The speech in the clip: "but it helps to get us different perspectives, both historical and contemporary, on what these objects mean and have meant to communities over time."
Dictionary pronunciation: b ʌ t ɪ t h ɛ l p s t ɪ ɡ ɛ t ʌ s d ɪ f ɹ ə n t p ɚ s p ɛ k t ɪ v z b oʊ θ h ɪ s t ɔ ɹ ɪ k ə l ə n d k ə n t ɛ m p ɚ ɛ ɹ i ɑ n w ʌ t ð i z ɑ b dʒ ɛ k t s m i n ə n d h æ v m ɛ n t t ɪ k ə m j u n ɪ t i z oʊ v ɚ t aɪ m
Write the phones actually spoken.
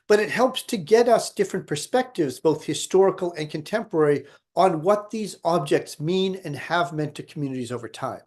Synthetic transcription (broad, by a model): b ʌ t ɪ t h ɛ l p s t ɪ ɡ ɛ t ʌ s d ɪ f ɹ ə n p ɚ s p ɛ k t ɪ v z b oʊ θ h ɪ s t ɔ ɹ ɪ k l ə n k ə n t ɛ m p ɚ ɛ ɹ i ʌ n w ʌ t ð i z ɑ b dʒ ɛ k t s m i n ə n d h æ v m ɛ n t t ɪ k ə m j u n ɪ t i z oʊ v ɚ t aɪ m